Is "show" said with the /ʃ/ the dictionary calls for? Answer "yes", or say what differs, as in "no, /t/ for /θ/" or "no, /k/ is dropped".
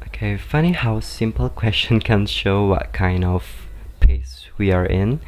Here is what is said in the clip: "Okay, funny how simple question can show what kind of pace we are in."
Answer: yes